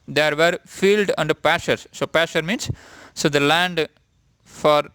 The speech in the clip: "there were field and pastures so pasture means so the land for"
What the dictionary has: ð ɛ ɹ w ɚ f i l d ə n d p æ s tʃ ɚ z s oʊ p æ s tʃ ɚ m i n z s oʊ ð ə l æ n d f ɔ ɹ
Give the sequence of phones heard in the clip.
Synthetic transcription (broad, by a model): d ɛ ɹ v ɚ f i l d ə n d p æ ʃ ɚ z s oʊ p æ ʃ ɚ m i n s oʊ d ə l æ n d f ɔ ɹ